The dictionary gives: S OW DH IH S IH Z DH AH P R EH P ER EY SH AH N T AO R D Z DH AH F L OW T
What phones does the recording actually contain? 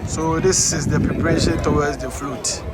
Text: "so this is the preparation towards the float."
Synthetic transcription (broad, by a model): S OW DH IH S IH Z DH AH P R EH P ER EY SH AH N T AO W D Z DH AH F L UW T